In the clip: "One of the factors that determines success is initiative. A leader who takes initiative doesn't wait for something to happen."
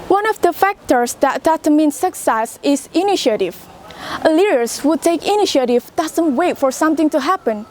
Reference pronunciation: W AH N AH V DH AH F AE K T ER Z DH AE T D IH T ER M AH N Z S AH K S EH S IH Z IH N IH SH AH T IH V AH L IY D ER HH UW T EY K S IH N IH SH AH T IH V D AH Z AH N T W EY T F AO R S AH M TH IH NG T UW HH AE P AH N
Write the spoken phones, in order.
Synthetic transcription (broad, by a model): W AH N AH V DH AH F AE K T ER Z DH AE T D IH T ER M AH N S AH K S EH S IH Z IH N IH SH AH T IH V AH L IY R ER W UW T EY K IH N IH SH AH T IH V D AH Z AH N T W EY T F AO R S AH M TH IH NG T UW HH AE P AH N